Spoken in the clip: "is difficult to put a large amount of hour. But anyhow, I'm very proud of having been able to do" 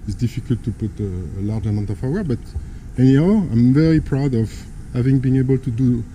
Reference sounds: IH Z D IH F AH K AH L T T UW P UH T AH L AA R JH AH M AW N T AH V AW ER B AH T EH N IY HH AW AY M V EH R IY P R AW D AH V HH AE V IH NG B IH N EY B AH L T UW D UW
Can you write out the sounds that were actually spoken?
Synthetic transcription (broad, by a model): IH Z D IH F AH K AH L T T UW P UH T AH L AA R JH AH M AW T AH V AW ER B AH T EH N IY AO AY M V EH R IY P R AW D AH V HH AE V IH NG B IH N EY B AH L T UW D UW